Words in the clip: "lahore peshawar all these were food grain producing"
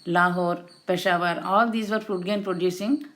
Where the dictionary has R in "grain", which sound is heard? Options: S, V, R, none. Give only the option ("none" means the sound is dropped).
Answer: none